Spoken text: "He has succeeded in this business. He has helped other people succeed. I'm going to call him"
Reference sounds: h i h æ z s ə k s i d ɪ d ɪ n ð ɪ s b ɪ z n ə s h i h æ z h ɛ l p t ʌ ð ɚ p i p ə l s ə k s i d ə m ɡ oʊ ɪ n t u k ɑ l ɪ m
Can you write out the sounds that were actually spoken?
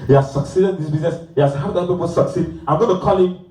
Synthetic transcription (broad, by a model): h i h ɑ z s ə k s i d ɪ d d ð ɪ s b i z n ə s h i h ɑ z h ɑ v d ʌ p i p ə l s ə k s i d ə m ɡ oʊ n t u k ɑ l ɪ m